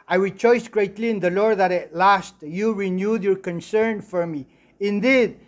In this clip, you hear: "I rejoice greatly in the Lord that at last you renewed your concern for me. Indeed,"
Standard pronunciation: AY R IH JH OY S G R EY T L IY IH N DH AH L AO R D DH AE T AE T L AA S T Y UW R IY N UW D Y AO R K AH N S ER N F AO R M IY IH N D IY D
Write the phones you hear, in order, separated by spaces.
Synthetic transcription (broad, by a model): AY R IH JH OY S G R EY T L IY IH N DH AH L AO R D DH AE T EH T L AA S T Y UW R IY N UW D Y AO R K AH N S ER N F AO R M IY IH N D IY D